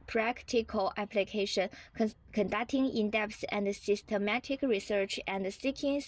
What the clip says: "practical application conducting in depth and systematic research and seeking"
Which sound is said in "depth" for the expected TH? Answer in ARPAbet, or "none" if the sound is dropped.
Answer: S